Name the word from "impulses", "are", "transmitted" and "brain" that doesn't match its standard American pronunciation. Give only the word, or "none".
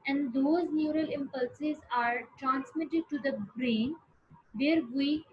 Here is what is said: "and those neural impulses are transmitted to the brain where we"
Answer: none